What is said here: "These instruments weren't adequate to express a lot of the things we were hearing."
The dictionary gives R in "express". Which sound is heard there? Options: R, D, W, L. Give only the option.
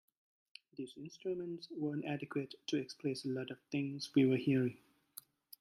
L